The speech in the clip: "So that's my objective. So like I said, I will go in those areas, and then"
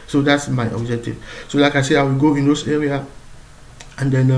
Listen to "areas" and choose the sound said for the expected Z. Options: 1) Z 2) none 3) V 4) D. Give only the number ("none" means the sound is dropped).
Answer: 2